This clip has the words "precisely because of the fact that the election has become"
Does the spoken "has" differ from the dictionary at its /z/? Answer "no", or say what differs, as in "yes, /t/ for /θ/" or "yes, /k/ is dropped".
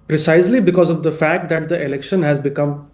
no